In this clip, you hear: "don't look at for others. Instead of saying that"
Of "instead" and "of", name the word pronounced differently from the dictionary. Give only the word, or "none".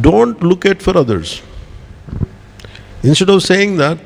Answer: none